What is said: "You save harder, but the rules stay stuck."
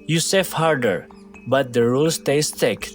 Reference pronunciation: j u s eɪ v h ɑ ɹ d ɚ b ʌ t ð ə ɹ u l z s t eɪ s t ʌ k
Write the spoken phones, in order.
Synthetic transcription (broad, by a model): j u s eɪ f h ɑ ɹ d ɚ b ʌ t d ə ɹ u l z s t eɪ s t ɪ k